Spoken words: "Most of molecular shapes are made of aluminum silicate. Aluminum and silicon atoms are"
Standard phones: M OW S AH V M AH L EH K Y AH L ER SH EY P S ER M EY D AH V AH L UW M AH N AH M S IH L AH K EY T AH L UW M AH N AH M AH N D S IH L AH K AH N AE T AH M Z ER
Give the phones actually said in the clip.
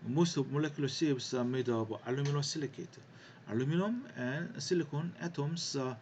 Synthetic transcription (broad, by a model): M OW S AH B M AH L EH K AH L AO S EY B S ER M EY D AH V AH L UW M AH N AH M S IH L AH K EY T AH L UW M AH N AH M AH N S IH L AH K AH N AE T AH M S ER